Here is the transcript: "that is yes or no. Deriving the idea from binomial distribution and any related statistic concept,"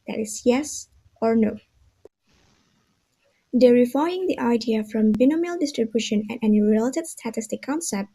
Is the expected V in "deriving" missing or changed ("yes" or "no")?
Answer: yes